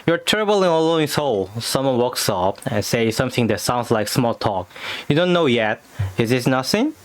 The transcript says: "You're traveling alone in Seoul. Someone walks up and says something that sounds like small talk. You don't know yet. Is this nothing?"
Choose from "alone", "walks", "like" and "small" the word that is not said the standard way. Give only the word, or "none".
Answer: alone